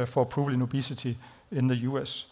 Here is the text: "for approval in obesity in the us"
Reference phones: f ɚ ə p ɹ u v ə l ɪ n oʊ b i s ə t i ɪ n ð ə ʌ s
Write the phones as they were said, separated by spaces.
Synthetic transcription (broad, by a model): f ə p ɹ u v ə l ɪ n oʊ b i s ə s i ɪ n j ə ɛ s